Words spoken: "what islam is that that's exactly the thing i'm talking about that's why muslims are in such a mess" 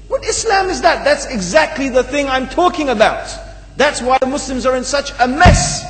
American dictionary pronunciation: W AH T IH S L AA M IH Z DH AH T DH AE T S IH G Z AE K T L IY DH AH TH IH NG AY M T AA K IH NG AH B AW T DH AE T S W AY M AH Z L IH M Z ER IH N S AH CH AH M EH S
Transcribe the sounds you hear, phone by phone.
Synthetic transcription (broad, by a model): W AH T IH S L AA M IH Z DH AH T DH AE T S IH G Z AE K T L IY DH AH TH IH NG AY M T AA K IH NG AH B AW T DH AE T S W AY M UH S L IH M Z ER IH N S AH CH AH M EH S